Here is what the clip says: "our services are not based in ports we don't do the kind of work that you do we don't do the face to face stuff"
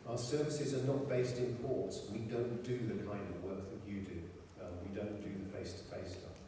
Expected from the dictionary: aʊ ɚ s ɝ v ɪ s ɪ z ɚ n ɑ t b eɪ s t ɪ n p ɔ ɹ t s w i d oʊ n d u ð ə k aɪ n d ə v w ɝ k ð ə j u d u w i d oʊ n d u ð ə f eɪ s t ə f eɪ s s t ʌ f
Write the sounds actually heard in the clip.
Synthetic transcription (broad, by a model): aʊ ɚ s ɝ v ɪ s ɪ z ɚ n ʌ t b eɪ s t ɪ n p ɔ ɹ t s w i d oʊ n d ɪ ð ə k aɪ n d ə v w ɝ k ð ə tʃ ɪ d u w i d oʊ n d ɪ ð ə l eɪ s t ə f eɪ s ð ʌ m